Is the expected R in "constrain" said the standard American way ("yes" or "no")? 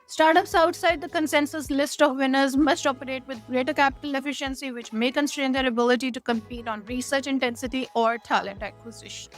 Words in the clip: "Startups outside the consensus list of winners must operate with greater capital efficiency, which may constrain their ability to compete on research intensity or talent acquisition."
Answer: yes